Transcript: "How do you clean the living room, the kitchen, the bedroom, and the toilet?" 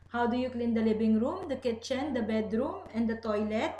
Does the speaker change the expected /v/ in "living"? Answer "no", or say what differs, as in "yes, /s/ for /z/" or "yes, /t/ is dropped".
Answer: yes, /b/ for /v/